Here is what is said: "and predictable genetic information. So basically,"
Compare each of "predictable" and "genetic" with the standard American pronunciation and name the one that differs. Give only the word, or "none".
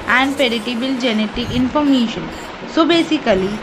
predictable